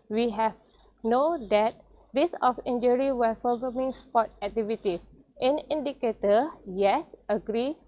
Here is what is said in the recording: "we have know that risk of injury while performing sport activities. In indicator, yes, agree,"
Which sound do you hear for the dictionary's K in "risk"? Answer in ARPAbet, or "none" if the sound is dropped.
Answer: none